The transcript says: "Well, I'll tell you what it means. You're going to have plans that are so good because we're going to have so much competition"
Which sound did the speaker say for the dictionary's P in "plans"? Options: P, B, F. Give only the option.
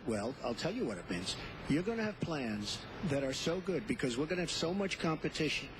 P